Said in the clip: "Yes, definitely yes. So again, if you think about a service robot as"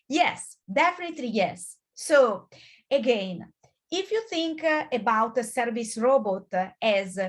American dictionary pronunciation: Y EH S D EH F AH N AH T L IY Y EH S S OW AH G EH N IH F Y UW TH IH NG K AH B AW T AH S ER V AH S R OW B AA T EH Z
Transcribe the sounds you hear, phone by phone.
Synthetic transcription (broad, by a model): Y EH S D EH F AH N AH T L IY Y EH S S OW AH G EH N IH F Y UW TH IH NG K AH B AW T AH S ER V AH S R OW B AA T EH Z